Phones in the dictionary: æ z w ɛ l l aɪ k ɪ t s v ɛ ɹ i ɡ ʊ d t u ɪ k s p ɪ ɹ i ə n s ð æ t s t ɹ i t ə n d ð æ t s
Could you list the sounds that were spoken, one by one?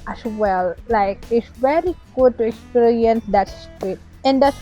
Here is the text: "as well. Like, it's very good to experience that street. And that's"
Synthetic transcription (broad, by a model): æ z w ɛ l l aɪ k ɪ t s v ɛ ɹ i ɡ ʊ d t u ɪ k s p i ɹ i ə n s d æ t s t i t ə n d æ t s